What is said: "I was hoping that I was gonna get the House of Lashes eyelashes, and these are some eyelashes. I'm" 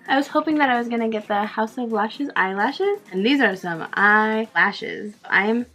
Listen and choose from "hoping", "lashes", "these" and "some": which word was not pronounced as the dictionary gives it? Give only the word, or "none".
none